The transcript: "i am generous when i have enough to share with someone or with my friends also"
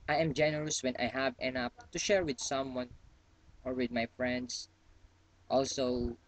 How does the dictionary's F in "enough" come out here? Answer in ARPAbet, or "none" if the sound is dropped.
P